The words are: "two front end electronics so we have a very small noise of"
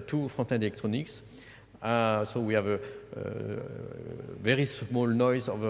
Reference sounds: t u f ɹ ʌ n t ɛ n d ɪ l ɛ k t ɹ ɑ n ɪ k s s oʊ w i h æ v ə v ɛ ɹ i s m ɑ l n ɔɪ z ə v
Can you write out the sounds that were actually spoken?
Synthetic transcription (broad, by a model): t u f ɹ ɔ t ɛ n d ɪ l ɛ k t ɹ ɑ n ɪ k s s oʊ w i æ v ə v ɛ ɹ i s m ɑ l n ɔɪ z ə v